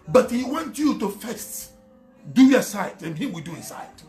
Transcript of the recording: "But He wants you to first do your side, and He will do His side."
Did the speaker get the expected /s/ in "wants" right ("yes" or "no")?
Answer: no